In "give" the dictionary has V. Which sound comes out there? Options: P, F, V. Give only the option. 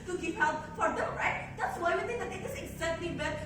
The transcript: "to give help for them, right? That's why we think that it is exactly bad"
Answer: P